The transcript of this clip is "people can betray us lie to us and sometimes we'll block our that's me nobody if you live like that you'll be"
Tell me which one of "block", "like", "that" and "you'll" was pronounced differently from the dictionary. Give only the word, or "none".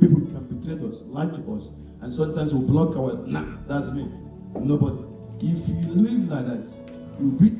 you'll